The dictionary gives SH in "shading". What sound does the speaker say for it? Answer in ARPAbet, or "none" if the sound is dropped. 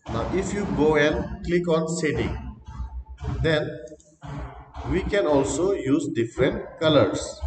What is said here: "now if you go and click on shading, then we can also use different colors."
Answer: S